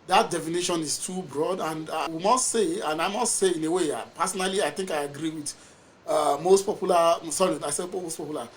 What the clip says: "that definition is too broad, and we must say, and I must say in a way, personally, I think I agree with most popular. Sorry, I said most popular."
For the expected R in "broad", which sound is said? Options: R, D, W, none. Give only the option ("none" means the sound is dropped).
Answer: R